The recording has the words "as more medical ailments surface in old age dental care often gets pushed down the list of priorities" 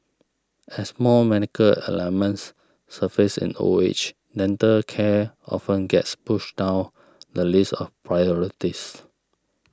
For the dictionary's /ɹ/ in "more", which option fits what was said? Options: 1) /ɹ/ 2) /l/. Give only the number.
2